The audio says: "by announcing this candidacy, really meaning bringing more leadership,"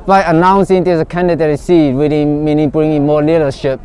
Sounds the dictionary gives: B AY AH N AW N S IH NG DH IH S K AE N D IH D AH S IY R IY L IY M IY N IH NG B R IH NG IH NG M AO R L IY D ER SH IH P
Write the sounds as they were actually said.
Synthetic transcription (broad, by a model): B AY AH N AW N S IH NG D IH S K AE N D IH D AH S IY W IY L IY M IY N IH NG B R IH NG IH NG M AO L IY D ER SH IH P